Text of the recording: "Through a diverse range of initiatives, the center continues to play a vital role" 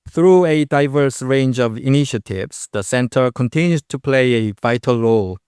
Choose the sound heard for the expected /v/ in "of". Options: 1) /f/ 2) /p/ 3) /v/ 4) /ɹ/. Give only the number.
3